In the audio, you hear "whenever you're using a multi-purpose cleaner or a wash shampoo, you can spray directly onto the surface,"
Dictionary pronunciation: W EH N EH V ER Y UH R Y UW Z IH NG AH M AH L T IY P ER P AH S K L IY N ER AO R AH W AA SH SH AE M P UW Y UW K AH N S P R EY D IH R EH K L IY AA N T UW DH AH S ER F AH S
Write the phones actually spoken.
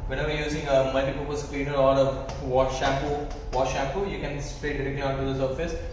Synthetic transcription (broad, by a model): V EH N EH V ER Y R Y UW Z IH NG AH M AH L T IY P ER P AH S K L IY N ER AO L AH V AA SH SH AE M P UW Y UW K AH N S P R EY D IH R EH K L IY AA N T UW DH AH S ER F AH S